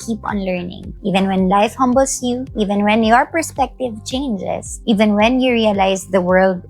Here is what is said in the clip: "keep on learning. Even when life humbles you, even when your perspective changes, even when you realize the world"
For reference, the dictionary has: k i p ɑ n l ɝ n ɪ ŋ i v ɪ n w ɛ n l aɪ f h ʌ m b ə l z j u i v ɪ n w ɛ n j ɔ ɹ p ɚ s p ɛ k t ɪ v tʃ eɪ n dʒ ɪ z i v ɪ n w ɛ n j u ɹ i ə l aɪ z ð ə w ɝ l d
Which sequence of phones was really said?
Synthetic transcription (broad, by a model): k i p ɑ n l ɝ n ɪ ŋ i v ɪ n w ɛ n l aɪ f h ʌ m b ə l s j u i v ɪ n w ɛ n j ɔ ɹ p ɚ s p ɛ k t ɪ v tʃ eɪ n dʒ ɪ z i v ɪ n w ɛ n j u ɹ i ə l aɪ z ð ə w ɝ l d